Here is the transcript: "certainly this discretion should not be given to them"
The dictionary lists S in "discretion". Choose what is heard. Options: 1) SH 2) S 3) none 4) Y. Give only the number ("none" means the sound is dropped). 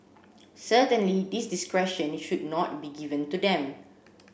2